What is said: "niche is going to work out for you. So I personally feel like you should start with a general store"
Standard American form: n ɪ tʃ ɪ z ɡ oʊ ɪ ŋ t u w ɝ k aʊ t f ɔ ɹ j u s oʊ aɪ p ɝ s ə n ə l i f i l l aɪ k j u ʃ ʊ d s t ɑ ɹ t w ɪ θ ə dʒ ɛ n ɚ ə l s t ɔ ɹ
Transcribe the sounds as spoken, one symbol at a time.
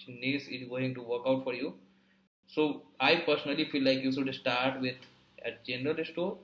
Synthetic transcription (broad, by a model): n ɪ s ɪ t ɡ oʊ ɪ ŋ t u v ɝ k aʊ t f ɔ ɹ j u s oʊ aɪ p ɝ s ə n ə l i f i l l aɪ k j u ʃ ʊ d s t ɑ ɹ t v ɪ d ə dʒ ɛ n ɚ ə l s t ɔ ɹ